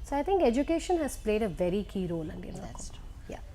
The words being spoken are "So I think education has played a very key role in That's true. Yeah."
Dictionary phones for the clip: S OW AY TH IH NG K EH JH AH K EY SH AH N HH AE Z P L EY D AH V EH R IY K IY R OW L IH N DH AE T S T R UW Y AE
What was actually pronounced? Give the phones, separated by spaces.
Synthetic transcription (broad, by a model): S OW AY T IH NG K EH JH AH K EY SH AH N HH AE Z P L EY D AH V EH R IY K IY R OW L IH N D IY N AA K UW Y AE